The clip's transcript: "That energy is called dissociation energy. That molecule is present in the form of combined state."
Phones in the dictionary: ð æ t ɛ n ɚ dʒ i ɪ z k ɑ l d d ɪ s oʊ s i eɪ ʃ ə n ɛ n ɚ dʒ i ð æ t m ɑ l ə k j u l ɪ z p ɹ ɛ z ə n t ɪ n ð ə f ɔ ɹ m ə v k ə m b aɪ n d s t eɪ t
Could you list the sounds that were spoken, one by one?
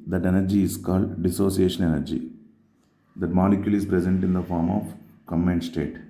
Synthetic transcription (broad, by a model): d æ t ɛ n ɚ dʒ i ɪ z k ɑ l d d ɪ s oʊ s i eɪ ʃ ə n ɛ n ɚ dʒ i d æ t m ɑ l ə k j u l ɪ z p ɹ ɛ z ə n t ɪ n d ə f ɔ ɹ m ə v k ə m ɛ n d s t eɪ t